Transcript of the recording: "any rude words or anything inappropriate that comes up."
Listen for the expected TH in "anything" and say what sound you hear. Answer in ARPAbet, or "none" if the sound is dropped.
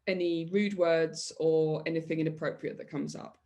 TH